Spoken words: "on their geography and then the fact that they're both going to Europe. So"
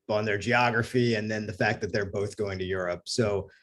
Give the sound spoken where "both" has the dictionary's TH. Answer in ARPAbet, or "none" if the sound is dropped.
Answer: TH